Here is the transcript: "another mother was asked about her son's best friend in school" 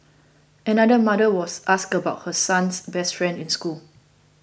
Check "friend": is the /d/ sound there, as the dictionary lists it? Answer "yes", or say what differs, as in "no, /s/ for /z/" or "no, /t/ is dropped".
yes